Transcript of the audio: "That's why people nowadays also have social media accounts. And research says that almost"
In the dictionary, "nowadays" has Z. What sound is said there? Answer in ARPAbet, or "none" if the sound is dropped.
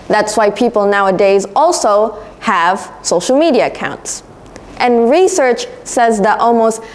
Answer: Z